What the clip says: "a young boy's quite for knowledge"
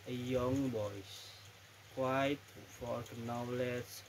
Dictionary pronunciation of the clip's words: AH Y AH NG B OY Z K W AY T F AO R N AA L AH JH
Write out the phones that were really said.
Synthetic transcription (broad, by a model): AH Y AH NG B OY S K W AY T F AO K N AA L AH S